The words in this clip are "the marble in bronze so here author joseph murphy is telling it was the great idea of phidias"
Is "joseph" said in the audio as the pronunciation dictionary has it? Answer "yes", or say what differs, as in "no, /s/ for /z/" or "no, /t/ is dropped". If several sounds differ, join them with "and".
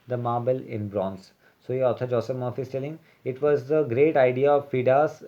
no, /p/ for /f/